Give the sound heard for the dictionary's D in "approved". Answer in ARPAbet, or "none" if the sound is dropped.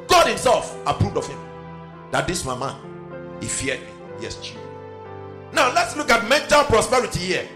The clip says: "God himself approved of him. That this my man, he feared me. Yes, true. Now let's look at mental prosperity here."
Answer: D